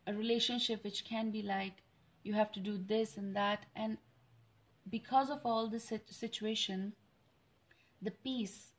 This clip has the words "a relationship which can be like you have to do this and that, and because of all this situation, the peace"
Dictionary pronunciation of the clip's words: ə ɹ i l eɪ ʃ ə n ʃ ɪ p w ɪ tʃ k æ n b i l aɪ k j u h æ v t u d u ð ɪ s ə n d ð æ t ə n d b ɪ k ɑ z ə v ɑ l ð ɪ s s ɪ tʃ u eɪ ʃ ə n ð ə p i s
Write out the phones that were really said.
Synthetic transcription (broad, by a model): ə ɹ i l eɪ ʃ ə n ʃ ɪ p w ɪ tʃ k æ n b i l aɪ k j u h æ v t u d u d ɪ s ə n d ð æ t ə n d b ɪ k ɑ z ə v ɑ l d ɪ s s ɪ tʃ u eɪ ʃ ə n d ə p i s